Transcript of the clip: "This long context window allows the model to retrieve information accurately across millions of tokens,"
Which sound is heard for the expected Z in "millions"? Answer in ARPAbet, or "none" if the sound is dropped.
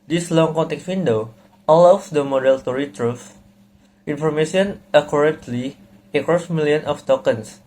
none